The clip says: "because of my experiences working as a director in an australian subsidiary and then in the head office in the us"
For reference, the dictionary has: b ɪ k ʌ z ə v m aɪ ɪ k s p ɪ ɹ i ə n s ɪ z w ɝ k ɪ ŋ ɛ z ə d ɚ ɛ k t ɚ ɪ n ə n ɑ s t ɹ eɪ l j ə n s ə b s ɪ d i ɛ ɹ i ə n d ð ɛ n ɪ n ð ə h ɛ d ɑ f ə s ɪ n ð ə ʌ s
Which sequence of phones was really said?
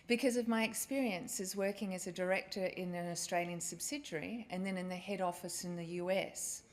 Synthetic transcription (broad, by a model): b ɪ k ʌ z ə v m aɪ ɪ k s p ɪ ɹ i ə n s ɪ z w ɝ k ɪ ŋ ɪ z ə d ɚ ɛ k t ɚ ɪ n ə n ɑ s t ɹ eɪ l j ə n s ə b s ɪ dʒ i ɹ i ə n ð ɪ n ɪ n ð ə h ɛ d ɑ f ə s ɪ n ð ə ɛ s